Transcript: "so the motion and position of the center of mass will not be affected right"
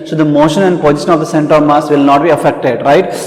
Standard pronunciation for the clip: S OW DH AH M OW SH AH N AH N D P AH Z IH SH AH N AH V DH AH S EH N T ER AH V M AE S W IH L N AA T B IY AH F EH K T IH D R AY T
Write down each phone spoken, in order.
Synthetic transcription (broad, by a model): S OW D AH M OW SH AH N AH N D P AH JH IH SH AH N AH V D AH S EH N T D AH V M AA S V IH L N AA T B IY AH F EH K T IH D R AY T